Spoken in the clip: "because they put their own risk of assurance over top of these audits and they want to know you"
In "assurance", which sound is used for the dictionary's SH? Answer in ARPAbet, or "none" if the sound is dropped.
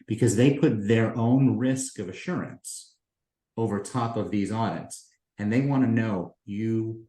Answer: SH